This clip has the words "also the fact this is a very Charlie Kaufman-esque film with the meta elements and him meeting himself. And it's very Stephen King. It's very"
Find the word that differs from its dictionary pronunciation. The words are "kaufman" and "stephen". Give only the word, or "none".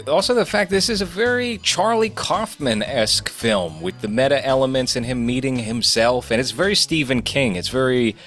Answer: none